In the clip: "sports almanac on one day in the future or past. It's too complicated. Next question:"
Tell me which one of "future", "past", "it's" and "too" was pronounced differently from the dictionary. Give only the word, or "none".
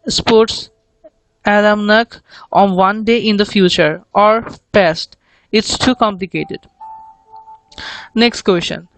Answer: none